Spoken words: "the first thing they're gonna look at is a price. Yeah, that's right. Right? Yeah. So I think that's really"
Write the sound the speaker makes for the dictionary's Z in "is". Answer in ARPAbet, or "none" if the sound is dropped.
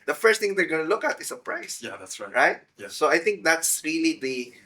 S